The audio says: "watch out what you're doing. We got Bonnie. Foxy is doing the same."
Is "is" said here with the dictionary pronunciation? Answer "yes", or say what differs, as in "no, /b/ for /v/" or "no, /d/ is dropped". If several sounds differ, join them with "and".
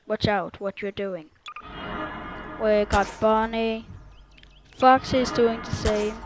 yes